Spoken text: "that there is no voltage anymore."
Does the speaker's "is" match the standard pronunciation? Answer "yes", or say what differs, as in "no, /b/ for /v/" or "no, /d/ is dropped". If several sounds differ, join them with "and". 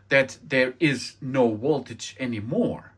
yes